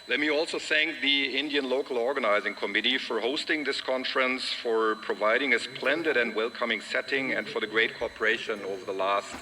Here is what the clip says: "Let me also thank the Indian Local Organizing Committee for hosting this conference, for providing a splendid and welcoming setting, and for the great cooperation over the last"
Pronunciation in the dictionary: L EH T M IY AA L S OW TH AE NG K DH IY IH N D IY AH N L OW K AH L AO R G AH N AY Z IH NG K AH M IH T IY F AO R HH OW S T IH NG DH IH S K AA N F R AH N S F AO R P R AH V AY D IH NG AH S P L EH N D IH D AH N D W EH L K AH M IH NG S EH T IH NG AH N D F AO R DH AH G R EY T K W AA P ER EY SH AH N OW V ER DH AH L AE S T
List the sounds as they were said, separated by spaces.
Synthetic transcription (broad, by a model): L EH T M IY AA L S OW TH AE NG K DH IY IH N D IY AH N L OW K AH L AO R G AH N AY Z IH NG K AH M IH T IY F AO R HH OW S T IH NG DH IH S K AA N F R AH N S F AO R P R AH V AY D IH NG AH S P L EH N D IH D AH N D W EH L K AH M IH NG S EH T IH NG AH N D F AO R DH AH G R EY T K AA P ER EY SH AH N OW V ER DH AH L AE S T